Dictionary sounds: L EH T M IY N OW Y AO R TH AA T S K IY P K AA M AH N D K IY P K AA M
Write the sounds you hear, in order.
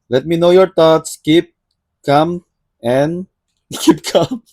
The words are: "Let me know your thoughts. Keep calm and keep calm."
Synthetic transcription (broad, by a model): L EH T M IY N OW Y AO R T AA T S K IY P K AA M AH N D K IY P K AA M